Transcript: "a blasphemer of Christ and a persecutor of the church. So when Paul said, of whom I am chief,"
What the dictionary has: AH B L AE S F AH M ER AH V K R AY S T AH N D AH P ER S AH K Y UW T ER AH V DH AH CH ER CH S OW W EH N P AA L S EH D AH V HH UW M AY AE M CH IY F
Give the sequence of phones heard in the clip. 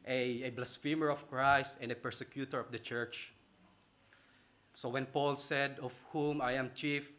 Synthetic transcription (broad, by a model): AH B L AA S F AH M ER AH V K R AY S T AH N D AH P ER S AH K Y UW T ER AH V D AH CH ER CH S OW W EH N P AA L S EH D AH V HH UW M AY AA M CH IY F